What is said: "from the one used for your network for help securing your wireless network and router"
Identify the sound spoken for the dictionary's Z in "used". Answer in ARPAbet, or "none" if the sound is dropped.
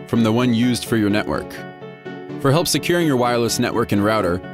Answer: Z